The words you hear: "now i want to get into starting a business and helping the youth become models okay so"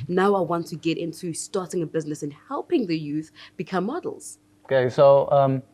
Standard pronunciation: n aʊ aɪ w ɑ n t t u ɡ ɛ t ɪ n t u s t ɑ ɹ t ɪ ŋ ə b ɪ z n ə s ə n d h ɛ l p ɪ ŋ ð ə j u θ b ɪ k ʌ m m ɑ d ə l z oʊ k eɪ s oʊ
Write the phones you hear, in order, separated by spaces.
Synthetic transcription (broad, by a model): n aʊ aɪ w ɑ n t t u ɡ ɛ t ɪ n t u s t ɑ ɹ t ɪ ŋ ə b ɪ z n ə s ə n h ɛ l p ɪ ŋ ð ə j u θ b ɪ k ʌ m m ɑ d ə l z oʊ k eɪ s oʊ